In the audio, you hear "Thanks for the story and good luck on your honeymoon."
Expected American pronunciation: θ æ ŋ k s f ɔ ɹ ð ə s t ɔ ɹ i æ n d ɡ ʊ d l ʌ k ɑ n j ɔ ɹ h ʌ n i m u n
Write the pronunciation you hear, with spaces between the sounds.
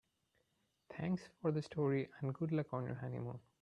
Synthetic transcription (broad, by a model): t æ ŋ k s f ɔ ɹ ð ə s t ɔ ɹ i æ n d ɡ ʊ d l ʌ k ɑ n j ɔ ɹ h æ n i m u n